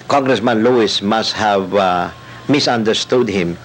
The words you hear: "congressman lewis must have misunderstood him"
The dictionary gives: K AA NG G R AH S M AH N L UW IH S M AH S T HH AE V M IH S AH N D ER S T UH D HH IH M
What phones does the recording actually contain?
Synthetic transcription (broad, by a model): K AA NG G R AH S M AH N L UW IH S M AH S T HH AE V M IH S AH N D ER S T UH D HH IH M